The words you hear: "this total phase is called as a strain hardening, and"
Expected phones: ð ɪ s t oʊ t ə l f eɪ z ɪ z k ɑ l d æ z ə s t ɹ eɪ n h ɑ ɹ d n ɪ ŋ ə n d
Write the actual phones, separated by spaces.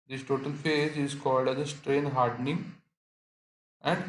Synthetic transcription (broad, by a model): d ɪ s t oʊ t ə l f eɪ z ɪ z k ɑ l d æ z ə s t ɹ eɪ n h ɑ ɹ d n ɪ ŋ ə n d